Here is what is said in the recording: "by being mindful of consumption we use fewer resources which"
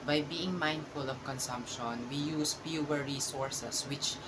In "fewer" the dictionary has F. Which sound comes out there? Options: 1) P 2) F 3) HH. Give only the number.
1